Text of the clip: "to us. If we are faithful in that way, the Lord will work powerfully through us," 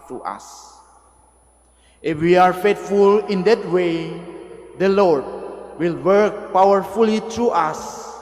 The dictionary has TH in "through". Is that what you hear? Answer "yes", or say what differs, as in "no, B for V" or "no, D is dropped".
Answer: no, T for TH